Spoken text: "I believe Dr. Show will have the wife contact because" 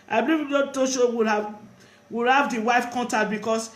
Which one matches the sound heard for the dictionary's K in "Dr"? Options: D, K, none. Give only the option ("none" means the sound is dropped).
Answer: none